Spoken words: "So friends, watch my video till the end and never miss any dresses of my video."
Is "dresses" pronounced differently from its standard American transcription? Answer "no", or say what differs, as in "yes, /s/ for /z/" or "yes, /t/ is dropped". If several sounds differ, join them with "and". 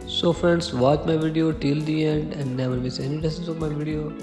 yes, /ɹ/ is dropped